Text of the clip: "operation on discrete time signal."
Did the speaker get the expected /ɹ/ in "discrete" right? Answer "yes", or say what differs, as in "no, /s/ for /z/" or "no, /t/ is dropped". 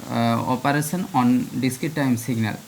no, /ɹ/ is dropped